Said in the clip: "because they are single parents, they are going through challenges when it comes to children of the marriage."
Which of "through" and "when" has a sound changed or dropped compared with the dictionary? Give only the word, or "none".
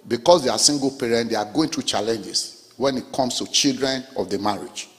through